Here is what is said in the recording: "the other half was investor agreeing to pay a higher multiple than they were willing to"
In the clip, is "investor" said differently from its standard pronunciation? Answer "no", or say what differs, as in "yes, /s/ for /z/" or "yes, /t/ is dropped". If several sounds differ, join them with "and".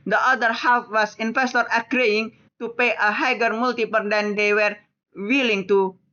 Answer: yes, /f/ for /v/